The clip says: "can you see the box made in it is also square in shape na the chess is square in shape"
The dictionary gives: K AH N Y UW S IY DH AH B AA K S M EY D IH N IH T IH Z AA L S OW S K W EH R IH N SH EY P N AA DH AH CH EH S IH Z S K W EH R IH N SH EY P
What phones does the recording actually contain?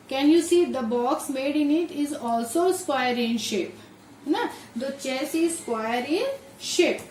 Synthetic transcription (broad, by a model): K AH N Y UW S IY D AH B AA K S M EY D IH N IH T IH Z AA L S OW S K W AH R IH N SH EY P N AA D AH CH EH S IH Z S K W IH R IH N SH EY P